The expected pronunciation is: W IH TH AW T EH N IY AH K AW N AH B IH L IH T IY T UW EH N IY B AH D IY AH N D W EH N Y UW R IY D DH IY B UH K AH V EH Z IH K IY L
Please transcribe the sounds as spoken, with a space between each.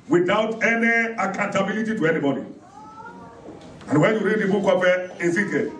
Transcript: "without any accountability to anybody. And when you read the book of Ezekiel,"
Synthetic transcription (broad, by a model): W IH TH AW T EH N IY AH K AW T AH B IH L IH T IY T UW EH N IY B AH D IY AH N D W EH N Y UW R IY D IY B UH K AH P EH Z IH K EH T